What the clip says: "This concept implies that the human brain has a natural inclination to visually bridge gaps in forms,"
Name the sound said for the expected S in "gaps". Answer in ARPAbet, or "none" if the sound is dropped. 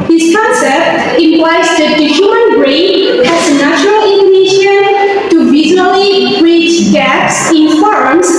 S